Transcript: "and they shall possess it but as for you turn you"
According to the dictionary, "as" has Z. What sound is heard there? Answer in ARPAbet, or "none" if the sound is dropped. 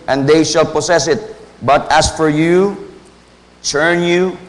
S